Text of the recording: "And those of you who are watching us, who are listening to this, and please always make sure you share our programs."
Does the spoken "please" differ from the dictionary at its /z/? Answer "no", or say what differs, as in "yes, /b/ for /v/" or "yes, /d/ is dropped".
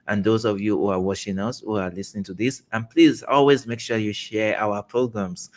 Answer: no